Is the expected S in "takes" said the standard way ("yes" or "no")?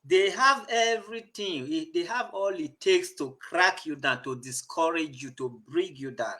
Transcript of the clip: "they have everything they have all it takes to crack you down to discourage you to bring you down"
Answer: yes